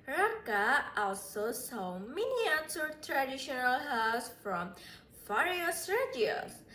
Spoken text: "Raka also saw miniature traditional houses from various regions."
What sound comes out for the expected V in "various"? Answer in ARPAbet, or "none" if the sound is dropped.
F